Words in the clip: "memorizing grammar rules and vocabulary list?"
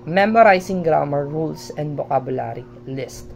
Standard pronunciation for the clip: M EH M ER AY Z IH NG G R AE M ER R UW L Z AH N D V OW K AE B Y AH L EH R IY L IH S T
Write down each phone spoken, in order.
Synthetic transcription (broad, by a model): M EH M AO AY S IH NG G R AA M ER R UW L S AH N D B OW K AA B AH L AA R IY L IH S T